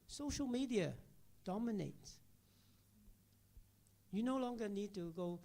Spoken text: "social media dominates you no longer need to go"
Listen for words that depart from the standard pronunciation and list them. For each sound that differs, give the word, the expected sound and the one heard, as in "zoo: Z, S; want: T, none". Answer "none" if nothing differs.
dominates: S, none